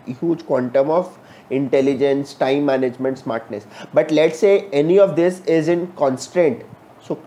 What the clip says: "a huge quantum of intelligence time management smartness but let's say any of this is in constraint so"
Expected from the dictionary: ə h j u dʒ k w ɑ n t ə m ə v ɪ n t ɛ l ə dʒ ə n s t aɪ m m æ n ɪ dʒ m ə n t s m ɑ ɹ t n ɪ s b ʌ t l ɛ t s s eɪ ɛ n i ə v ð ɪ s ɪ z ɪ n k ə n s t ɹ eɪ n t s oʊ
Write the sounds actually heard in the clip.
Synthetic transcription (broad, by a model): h j u dʒ k w ɑ n t ə m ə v ɪ n t ɛ l ə dʒ ə n s t aɪ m m æ n ɪ dʒ m ə n t s m ɑ ɹ t n ɪ s b ʌ t l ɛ t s s eɪ ɛ n i ə v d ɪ s ɪ z ɪ n k ə n s t ɹ eɪ n t s oʊ